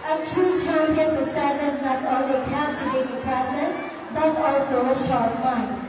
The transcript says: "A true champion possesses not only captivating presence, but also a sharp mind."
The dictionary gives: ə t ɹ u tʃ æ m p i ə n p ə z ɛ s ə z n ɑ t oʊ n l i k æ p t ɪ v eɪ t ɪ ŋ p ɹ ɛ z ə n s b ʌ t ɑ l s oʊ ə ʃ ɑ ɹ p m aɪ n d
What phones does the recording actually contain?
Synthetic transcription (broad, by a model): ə t ɹ u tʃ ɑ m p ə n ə s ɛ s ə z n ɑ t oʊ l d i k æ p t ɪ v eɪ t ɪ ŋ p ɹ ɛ s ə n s b ʌ t ɑ l s oʊ ə ʃ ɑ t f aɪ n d